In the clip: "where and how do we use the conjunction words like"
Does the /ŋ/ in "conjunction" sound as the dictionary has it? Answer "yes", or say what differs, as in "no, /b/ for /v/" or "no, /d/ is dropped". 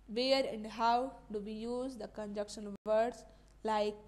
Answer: no, /ŋ/ is dropped